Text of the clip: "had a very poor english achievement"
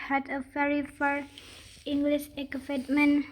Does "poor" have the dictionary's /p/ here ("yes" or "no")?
no